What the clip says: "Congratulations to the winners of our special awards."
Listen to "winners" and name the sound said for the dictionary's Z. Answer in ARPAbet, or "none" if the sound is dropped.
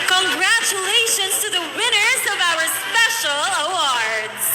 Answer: Z